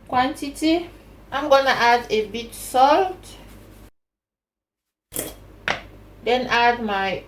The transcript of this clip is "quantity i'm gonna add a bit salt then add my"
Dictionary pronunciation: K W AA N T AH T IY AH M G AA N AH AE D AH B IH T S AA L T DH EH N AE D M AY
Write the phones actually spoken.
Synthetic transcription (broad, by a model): K W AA N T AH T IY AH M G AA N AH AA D AH B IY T S AA L T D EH N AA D M AY